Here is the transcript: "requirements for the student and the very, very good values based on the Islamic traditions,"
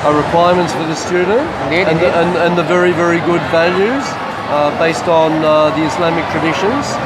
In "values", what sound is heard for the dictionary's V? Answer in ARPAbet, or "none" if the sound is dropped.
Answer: V